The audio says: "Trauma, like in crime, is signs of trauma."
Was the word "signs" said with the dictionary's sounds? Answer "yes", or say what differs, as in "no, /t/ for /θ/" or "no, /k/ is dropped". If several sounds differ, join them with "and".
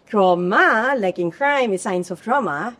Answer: no, /s/ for /z/